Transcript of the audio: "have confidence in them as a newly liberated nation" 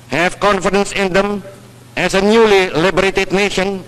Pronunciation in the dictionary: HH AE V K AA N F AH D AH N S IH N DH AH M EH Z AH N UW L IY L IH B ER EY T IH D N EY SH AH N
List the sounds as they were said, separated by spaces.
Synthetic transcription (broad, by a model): HH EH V K AA N F AH D AH N S IH N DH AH M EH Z AH N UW L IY L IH B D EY T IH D N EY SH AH N